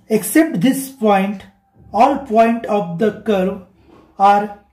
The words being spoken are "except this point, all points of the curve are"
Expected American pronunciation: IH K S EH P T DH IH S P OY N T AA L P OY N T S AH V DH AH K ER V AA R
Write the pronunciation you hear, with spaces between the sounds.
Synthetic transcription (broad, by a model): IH K S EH P T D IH S P OY N T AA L P OY N T AH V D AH K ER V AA R